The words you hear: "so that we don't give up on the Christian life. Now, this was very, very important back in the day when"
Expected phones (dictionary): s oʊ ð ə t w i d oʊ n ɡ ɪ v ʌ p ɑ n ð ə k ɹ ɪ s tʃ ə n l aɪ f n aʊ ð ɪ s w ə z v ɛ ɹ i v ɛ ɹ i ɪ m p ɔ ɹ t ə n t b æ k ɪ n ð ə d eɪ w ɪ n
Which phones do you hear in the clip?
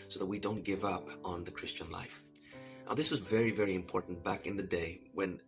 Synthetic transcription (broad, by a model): s oʊ ð ə t w i d oʊ n ɡ ɪ v ʌ p n ð ə k ɹ ɪ s tʃ ə n l aɪ f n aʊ ð ɪ s w ə z v ɛ ɹ i v ɛ ɹ i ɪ m p ɔ ɹ t n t b æ k ɪ n ð ə d eɪ w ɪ n